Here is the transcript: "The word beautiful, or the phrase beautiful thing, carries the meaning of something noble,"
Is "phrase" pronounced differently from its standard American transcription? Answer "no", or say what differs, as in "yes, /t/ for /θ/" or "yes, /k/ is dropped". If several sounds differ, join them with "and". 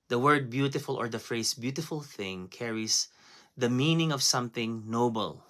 yes, /s/ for /z/